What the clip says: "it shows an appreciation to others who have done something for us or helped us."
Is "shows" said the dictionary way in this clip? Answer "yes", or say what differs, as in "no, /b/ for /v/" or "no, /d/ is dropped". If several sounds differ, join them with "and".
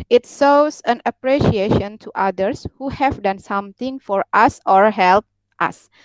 no, /s/ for /ʃ/